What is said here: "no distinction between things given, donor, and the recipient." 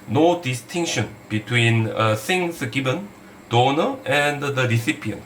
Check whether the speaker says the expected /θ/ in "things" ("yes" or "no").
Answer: no